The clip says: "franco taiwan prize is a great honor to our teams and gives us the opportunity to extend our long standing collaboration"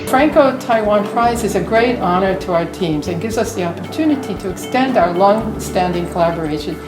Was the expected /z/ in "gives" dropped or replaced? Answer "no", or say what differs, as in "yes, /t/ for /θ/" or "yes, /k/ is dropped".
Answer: no